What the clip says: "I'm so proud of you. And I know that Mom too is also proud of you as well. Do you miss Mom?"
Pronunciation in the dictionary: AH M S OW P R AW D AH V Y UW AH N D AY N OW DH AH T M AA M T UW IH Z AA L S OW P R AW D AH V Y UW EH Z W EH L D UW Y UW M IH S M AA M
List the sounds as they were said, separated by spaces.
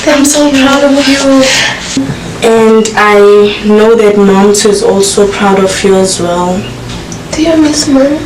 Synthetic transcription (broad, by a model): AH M S OW P R AW D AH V Y UW AH N D AY N OW DH AH T M AA M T IH Z AA L S OW P R AW D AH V Y UW EH Z W EH L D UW Y UW M IH S M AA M